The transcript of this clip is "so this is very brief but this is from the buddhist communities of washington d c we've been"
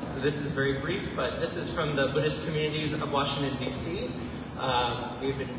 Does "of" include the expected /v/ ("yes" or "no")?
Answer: yes